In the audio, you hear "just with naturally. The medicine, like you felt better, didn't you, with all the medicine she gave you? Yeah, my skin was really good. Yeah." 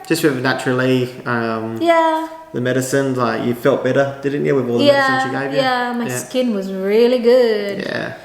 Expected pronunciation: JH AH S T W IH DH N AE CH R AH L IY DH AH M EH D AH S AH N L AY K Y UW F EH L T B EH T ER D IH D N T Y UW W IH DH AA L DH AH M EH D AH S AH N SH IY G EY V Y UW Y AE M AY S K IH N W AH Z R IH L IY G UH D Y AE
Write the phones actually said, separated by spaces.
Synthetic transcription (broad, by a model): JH AH S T W IH DH N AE CH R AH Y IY DH AH M EH D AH S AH N L AY K Y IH F EH L T B EH T ER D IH D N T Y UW W IH DH AA L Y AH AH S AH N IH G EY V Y Y AE M AY S K IH N W AH Z R IH L IY G UH D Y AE